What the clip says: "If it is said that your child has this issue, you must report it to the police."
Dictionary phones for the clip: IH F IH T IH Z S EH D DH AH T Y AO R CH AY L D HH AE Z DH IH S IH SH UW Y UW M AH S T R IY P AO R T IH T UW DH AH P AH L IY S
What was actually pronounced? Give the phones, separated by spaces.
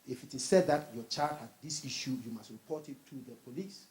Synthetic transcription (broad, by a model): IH F IH T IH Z S EH D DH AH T Y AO CH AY D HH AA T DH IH S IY SH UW Y UW M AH S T R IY P AO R T IH T UW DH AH P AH L IY S